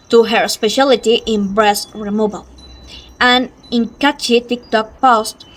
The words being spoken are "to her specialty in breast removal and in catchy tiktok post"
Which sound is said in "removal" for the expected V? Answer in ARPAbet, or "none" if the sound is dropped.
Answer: B